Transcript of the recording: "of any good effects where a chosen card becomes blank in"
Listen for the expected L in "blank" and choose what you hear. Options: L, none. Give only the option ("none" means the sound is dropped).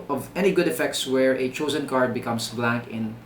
L